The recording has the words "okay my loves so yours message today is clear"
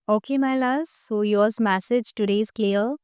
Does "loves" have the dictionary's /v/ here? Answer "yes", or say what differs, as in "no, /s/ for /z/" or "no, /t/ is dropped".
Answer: no, /v/ is dropped